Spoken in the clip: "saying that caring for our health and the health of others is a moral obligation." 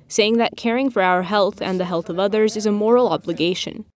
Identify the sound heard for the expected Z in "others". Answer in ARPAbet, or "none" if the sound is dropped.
Z